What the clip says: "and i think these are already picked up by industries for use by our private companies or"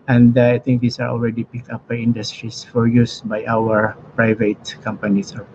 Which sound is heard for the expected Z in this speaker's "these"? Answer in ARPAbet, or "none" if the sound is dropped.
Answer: S